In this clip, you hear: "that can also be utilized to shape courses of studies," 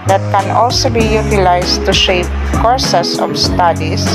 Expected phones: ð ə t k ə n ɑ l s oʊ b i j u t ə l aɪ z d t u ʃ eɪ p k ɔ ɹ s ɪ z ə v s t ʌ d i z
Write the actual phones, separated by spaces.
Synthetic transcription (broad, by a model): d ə t k ə n ɑ l s oʊ b i j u t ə l aɪ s t u ʃ eɪ p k ɔ ɹ s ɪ s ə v s t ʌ d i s